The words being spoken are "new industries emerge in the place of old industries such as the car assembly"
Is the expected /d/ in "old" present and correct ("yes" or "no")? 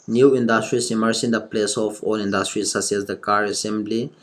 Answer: no